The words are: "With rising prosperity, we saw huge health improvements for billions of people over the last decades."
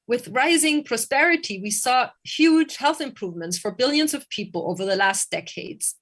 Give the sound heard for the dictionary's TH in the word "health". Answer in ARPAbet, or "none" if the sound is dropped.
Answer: TH